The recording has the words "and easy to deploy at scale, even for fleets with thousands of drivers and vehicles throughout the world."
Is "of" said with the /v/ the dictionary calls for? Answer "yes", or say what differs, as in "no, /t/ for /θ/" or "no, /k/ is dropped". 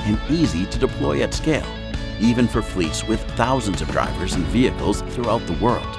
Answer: yes